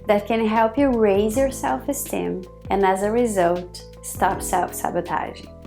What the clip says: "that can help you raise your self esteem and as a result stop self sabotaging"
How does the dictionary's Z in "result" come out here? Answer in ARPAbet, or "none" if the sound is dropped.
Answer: Z